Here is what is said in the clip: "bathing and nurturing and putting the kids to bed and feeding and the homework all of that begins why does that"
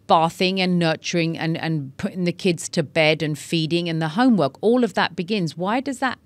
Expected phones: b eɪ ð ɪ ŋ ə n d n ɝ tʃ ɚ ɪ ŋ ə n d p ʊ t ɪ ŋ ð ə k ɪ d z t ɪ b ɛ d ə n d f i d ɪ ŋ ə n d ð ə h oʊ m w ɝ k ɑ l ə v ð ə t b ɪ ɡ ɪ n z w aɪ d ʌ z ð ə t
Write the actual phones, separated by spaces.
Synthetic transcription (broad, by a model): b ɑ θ ɪ ŋ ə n n ɝ tʃ ɚ ɪ ŋ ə n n p ʊ t ɪ ŋ ð ə k ɪ d z t ɪ b ɛ d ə n f i d ɪ ŋ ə n ð ə h oʊ m w ɝ k ɑ l ə v ð ə t b ɪ ɡ ɪ n z w aɪ d ʌ z ð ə t